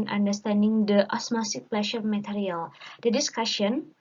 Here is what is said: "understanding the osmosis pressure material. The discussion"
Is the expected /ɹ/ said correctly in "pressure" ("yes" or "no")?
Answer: no